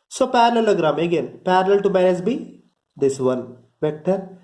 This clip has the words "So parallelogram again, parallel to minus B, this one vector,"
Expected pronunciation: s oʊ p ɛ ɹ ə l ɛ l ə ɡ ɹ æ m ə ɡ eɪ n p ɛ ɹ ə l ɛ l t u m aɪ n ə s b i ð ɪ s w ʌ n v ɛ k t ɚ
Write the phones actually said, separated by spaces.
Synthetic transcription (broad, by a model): s oʊ p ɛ ɹ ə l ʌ l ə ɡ ɹ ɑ m ə ɡ eɪ n p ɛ ɹ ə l l t u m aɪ ə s b i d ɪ s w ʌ n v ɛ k t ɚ